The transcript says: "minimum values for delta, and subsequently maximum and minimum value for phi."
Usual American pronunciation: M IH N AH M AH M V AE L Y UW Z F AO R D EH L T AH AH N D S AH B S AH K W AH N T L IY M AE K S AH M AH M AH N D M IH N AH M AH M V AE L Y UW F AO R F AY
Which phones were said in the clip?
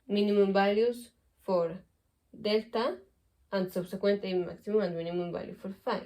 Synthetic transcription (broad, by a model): M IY N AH M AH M B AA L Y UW S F AO R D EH L T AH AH N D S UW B S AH K W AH N T IY M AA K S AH M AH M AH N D M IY N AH M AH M B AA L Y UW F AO R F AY